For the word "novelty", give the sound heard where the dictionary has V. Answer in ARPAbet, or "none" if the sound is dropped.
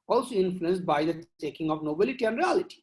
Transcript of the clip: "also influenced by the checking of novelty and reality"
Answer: B